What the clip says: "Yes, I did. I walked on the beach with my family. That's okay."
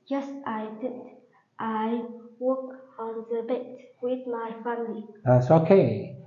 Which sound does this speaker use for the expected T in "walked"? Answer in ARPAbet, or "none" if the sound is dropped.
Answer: none